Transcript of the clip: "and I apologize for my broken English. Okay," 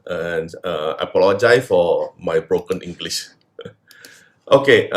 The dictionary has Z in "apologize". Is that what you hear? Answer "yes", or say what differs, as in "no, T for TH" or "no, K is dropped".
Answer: no, Z is dropped